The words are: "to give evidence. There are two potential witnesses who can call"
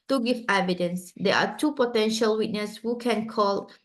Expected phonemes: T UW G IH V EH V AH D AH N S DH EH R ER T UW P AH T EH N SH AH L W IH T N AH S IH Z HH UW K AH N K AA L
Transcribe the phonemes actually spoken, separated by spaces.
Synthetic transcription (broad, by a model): T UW G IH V EH V AH D AH N S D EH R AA T UW P AH T EH N SH AH L W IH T N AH S HH UW K AH N K AA L